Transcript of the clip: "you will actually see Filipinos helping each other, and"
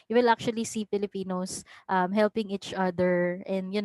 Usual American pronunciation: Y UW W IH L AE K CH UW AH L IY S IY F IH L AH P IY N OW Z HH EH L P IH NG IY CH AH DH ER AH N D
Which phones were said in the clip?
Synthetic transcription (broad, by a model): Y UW W IH L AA K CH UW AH L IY S IY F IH L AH P IY N OW S HH EH L P IH NG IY CH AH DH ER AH N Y